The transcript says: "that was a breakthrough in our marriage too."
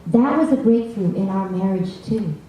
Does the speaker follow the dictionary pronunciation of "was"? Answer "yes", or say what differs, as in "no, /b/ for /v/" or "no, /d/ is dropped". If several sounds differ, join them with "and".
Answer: yes